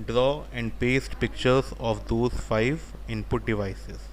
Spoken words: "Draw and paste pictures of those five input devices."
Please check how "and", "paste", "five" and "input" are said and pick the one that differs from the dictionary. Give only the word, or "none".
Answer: none